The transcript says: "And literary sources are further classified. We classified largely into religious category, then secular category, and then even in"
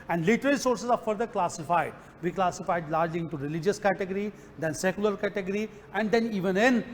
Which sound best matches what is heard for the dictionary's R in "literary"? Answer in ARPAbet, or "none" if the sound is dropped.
L